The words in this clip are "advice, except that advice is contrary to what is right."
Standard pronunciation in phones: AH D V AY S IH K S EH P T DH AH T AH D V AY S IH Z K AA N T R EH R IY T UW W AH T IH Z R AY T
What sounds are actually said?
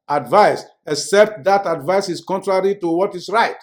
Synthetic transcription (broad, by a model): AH D V AY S IH K S EH P T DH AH T AH D V AY S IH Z K AA N T R EH R IY T UW W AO T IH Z R AY T